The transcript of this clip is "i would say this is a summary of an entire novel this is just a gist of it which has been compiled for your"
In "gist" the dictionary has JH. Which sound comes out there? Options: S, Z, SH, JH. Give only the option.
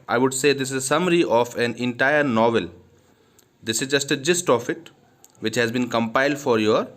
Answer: JH